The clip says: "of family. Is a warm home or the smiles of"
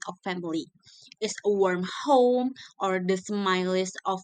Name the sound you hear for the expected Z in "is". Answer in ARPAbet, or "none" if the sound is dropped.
S